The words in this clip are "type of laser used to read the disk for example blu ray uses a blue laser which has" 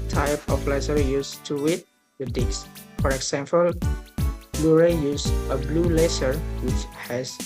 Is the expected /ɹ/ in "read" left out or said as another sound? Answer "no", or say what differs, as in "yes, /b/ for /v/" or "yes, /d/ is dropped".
yes, /w/ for /ɹ/